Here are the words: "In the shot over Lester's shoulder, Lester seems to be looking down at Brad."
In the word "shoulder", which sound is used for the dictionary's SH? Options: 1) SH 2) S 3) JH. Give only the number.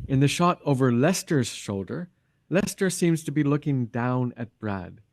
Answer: 1